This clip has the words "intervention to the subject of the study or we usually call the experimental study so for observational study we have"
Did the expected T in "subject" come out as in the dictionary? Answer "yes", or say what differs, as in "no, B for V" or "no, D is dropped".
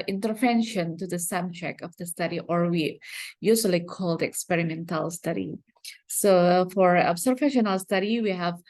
no, T is dropped